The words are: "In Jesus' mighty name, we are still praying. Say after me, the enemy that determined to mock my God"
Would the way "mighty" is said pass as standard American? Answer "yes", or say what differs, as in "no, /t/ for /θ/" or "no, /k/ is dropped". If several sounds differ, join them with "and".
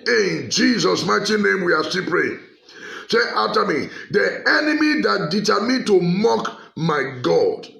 yes